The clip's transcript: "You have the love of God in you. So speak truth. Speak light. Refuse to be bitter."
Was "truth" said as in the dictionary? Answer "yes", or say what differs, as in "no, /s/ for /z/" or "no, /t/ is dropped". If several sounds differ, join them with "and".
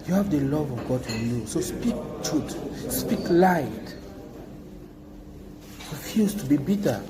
no, /ɹ/ is dropped